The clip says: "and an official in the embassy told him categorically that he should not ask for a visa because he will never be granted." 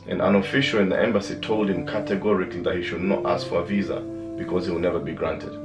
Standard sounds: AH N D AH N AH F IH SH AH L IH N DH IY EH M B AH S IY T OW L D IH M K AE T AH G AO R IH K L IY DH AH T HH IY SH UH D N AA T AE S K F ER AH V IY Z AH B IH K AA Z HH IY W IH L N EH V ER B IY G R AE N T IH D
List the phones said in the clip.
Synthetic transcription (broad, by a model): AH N AH N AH F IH SH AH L IH N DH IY EH M B AH S IY T OW L D IH M K AE T AH G AO R IH K L IY DH AH T HH IY SH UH D N AA T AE S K F ER AH V IY Z AH B IH K AA Z HH IY W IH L N EH V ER B IY G R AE N T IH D